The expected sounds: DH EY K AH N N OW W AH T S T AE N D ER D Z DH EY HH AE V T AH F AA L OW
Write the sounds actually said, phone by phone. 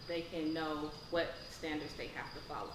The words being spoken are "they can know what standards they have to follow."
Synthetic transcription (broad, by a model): DH EY K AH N N OW W AH T S T AE N D ER D Z DH EY HH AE F T AH F AA L OW